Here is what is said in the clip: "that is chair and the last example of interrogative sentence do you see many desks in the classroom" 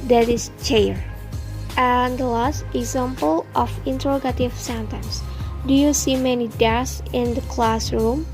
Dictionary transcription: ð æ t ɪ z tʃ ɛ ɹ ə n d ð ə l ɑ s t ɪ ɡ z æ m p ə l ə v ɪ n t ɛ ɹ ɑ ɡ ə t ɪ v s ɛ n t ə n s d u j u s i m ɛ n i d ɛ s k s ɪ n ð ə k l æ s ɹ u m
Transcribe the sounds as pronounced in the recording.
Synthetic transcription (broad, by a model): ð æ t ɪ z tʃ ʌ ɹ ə n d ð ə l ɑ s t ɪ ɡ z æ m p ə l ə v ɪ n t ɛ ɹ ɑ ɡ ə t ɪ v s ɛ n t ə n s d u j u s i m ɛ n i d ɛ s s ɪ n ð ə k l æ s ɹ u m